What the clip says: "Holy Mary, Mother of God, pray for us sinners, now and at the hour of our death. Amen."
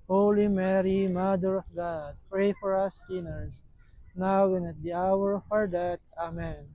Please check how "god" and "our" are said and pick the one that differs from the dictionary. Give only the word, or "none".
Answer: none